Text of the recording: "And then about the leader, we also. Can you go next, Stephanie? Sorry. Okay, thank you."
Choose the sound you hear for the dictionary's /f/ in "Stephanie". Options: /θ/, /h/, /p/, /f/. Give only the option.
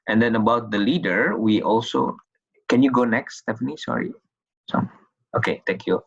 /f/